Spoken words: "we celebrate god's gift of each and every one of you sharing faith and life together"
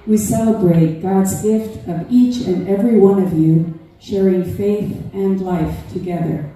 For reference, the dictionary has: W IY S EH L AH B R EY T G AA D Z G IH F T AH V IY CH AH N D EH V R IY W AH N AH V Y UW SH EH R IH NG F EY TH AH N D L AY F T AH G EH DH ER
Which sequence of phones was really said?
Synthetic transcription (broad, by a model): W IY S EH L AH B R EY T G AA D Z G IH F T AH V IY CH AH N EH V R IY W AH N AH V Y UW SH EH R IH NG F EY TH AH N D L AY F T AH G EH DH ER